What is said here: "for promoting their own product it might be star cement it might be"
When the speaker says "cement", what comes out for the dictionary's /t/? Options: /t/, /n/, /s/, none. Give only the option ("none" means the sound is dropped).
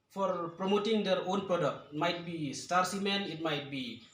none